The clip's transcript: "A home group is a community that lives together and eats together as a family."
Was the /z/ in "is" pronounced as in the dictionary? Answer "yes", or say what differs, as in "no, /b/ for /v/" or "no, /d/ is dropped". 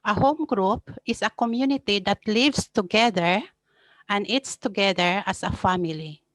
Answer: no, /s/ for /z/